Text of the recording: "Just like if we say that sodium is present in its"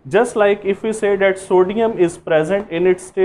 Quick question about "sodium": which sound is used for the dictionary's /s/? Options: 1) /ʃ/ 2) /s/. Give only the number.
2